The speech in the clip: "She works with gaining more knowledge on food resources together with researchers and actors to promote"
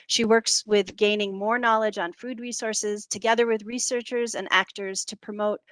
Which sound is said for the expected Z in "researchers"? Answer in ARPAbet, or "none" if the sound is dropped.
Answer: Z